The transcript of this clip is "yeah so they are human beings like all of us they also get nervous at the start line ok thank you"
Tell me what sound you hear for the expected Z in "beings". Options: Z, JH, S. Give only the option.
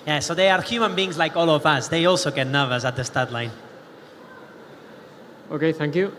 Z